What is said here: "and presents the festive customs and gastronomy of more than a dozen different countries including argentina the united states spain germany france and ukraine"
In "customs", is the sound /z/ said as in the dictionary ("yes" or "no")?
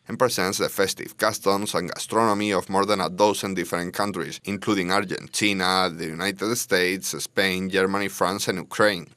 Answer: no